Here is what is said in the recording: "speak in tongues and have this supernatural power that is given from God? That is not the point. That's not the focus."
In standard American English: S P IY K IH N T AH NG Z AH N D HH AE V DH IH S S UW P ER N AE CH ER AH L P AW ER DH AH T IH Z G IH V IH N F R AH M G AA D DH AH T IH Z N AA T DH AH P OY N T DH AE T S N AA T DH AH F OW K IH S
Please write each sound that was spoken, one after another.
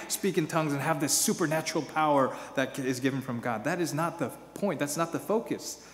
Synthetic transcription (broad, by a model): S P IY K IH N T AH NG Z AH N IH V DH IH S S UW P ER N AE CH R L P AW ER DH AH T IH Z G IH V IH N F R AH M G AA D DH AH T IH Z N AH T DH AH P OY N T DH AE T S N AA T DH AH F OW K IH S